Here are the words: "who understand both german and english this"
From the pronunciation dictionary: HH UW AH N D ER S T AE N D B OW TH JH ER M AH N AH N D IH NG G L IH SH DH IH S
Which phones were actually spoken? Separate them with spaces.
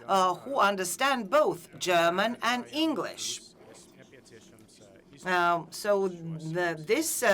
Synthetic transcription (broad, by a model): HH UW AH N D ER S T AE N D B OW TH JH ER M AH N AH N IH NG G L IH SH DH IH S